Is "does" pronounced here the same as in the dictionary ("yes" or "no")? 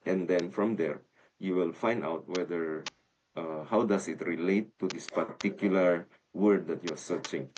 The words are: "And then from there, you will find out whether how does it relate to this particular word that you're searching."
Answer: no